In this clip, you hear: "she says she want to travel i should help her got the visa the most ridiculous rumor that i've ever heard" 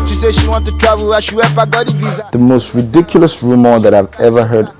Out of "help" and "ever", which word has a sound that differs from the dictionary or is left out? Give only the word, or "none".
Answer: help